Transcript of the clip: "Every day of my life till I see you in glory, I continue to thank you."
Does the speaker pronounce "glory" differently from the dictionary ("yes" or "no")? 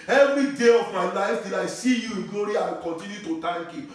yes